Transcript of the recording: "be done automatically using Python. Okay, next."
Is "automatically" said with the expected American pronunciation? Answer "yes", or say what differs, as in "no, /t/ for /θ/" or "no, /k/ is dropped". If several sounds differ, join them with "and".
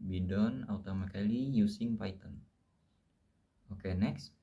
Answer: no, /k/ is dropped